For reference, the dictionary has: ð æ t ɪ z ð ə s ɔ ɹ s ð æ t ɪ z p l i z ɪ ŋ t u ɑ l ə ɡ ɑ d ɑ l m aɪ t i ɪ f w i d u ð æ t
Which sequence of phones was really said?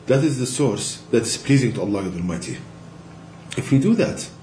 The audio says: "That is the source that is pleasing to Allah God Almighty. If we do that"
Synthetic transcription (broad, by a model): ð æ t ɪ z ð ə s ɔ ɹ s ð æ t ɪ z p l i z ɪ ŋ t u ɑ l ə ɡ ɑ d ɑ l m aɪ t i ɪ f w i d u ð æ t